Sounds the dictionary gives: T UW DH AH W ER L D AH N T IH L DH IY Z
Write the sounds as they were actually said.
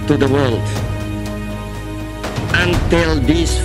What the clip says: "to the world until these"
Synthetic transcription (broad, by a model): T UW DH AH W ER L D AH N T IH L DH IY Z